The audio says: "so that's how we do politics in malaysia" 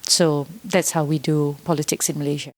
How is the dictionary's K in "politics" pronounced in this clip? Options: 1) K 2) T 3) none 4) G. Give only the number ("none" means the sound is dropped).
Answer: 1